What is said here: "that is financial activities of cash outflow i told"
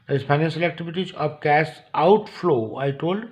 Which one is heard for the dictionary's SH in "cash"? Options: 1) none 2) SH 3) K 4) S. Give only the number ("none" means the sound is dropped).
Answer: 4